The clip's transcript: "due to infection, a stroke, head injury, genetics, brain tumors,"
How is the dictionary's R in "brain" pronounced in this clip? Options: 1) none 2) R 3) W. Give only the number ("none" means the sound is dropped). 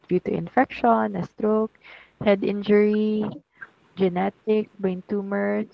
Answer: 1